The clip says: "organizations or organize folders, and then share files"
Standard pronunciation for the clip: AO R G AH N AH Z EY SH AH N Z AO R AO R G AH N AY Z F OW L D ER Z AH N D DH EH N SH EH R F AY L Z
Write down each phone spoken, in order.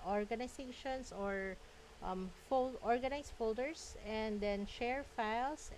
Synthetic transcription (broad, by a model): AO R G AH N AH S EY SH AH N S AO R AO R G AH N AY S F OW L D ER S AH N D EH N SH EH R F AY L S